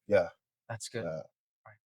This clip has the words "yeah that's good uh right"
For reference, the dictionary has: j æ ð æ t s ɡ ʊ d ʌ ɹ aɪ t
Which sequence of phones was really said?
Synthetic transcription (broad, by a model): j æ ð æ t s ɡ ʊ æ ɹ aɪ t